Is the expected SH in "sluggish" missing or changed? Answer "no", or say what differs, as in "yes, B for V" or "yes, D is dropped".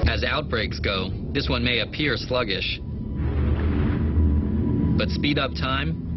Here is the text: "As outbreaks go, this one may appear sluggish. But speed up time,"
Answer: no